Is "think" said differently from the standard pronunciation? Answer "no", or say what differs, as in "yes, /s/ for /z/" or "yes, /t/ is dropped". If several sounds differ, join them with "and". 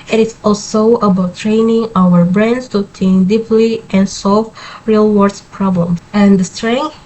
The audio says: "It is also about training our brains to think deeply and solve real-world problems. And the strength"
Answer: yes, /t/ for /θ/